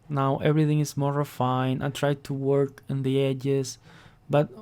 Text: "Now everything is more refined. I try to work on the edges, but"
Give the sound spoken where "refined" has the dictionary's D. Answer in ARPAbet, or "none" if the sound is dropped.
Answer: none